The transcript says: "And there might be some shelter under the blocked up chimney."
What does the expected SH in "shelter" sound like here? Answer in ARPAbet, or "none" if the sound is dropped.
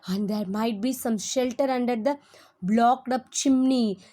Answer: SH